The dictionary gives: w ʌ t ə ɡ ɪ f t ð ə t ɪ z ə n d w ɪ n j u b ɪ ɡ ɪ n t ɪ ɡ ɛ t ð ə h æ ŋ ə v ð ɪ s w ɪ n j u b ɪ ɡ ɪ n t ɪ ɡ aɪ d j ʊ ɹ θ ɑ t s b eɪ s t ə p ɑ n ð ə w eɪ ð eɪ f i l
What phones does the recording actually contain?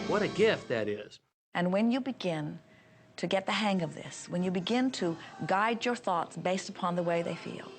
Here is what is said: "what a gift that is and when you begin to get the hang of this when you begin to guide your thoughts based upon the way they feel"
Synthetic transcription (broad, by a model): w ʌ t ə ɡ ɪ f t ð ə t ɪ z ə n w ɪ n j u b ɪ ɡ ɪ n t ɪ ɡ ɛ t ð ə h æ ŋ ə v ð ɪ s w ɪ n j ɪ b ɪ ɡ ɪ n t ɪ ɡ aɪ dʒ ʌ ɹ θ ɑ t s b eɪ s t ə p ɑ n ð ə w eɪ ð eɪ f i l